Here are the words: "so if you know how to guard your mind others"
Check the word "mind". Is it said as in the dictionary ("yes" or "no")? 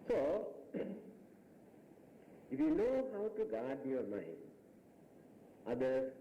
no